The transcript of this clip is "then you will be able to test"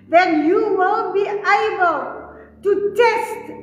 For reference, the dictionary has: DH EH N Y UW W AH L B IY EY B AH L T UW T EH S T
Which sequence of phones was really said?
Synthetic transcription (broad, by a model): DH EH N Y UW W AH N B IY EY B AH L T UW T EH S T